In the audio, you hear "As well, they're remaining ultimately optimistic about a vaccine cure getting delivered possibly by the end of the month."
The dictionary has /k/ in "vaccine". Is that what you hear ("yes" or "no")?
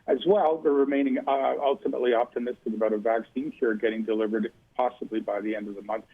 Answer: yes